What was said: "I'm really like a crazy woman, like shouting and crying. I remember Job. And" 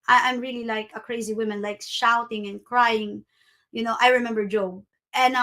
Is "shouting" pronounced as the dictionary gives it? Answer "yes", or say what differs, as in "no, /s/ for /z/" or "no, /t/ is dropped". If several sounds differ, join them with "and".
yes